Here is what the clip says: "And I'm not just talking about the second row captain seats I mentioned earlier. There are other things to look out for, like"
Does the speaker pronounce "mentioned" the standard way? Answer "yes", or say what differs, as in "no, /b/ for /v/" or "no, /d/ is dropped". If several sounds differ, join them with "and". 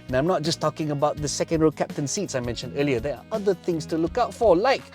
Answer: yes